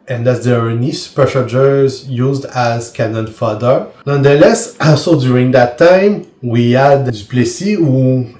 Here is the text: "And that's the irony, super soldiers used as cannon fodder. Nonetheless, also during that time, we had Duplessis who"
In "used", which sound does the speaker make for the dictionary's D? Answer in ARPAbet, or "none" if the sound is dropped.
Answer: D